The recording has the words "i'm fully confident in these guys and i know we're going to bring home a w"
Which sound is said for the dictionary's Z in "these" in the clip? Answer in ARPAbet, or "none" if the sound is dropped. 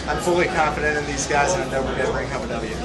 Z